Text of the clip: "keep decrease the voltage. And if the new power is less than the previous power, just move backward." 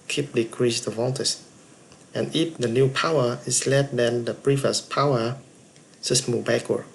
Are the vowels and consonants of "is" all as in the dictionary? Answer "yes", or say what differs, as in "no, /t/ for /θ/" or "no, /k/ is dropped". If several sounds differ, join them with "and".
no, /s/ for /z/